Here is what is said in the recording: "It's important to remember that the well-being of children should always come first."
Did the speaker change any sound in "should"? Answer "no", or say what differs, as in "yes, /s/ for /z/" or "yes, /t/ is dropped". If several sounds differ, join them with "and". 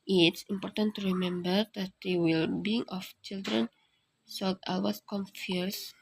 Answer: yes, /s/ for /ʃ/